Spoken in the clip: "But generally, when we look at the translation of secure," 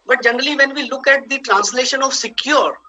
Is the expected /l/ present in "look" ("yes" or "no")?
yes